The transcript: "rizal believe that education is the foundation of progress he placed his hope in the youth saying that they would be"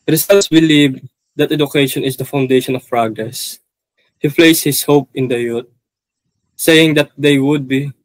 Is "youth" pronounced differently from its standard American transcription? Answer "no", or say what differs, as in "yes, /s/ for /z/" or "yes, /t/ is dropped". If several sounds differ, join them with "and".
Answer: yes, /t/ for /θ/